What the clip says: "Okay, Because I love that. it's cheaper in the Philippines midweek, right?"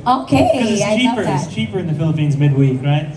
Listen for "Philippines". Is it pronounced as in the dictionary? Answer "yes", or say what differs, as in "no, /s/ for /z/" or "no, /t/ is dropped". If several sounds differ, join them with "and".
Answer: yes